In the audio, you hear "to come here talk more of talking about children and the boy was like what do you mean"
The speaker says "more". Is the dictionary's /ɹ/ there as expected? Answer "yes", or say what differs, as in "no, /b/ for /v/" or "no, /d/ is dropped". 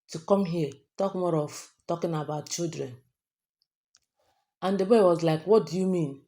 yes